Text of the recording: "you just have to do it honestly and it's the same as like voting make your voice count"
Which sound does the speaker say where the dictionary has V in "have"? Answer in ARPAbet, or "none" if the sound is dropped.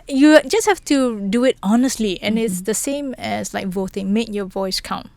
F